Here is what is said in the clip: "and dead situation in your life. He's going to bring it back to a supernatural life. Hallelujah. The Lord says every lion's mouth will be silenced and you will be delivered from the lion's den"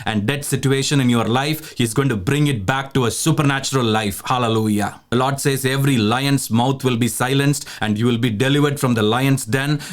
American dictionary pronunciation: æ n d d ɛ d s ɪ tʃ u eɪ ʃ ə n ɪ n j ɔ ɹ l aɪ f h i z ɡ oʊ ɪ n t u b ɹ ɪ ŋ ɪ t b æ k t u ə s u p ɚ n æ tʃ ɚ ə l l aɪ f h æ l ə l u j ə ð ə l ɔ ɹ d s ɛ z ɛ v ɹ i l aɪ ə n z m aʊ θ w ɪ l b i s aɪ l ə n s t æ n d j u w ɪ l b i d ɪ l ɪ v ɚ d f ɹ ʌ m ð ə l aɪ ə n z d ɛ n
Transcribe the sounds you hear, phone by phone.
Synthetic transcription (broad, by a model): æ n d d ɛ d s ɪ tʃ u eɪ ʃ ə n ɪ n j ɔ ɹ l aɪ f h i z ɡ oʊ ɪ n t u b ɹ ɪ ŋ ɪ t b æ k t u ə s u p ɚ n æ tʃ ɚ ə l l aɪ f h æ l ə l u j ə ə l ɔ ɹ d s ɛ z ɛ v ɹ i l aɪ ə n s m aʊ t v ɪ l b i s aɪ l ə n s t æ n d j u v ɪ l b i d ɪ l ɪ v ɚ d f ɹ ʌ m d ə l aɪ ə n s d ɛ n